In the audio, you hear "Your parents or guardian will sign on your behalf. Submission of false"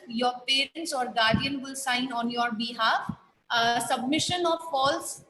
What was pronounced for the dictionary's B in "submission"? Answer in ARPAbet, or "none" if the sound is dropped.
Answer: B